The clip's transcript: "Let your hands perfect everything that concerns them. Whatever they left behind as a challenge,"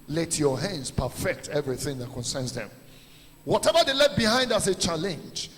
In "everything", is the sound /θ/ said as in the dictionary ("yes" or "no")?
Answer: yes